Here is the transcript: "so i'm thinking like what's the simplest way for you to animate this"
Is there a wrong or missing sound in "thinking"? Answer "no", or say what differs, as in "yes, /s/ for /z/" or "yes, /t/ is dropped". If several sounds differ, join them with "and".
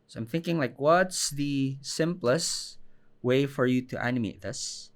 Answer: no